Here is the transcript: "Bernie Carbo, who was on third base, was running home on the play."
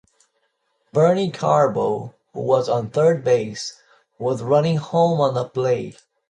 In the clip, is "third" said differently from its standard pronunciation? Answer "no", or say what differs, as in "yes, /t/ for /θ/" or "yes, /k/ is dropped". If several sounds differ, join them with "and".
no